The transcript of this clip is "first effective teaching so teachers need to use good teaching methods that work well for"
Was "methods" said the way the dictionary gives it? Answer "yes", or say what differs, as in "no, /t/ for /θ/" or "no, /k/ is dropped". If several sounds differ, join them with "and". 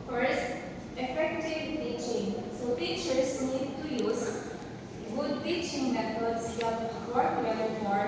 no, /t/ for /θ/